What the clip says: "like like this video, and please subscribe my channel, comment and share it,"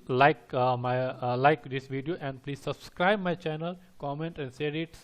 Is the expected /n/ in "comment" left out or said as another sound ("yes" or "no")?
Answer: no